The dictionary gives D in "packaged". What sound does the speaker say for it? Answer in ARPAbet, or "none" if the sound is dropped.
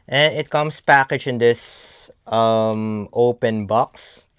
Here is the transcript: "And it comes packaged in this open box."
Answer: none